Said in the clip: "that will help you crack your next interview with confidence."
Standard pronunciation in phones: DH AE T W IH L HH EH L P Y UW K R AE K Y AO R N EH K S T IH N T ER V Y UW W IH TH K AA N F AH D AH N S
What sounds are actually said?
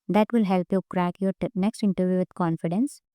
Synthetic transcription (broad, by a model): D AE T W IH L HH EH L P Y UW K R AE K Y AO R N EH K S T IH N T ER V Y UW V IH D K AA N F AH D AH N S